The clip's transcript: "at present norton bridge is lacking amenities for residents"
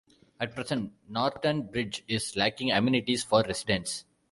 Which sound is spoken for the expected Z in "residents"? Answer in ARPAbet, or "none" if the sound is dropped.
S